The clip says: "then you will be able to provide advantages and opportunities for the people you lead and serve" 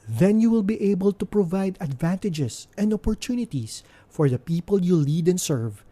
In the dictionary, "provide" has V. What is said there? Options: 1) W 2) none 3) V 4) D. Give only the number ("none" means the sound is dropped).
3